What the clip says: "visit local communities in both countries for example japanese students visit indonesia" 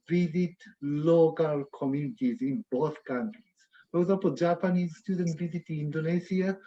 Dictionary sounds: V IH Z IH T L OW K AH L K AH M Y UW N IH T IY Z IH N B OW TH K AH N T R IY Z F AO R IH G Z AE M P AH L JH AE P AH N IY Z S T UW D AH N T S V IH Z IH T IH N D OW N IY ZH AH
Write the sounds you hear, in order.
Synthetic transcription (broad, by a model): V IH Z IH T L OW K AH L K AH M Y UW N IH T IY Z IH N B OW TH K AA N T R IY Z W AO W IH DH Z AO P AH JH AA P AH N IY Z S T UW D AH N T V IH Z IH T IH N D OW N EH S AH